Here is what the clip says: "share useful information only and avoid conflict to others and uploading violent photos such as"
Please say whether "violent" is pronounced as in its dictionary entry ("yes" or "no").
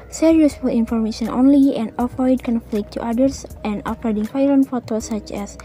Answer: no